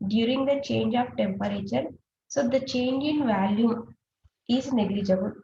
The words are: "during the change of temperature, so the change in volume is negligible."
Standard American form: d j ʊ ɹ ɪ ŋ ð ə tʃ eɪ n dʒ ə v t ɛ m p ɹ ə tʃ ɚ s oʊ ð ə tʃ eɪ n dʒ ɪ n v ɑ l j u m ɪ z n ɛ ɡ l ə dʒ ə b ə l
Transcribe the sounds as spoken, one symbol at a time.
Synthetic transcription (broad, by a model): d j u ɹ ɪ ŋ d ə tʃ eɪ n dʒ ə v t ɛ m p ɹ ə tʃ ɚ s oʊ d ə tʃ eɪ n dʒ ɪ n v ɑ l j u ɪ z n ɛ ɡ l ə dʒ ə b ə l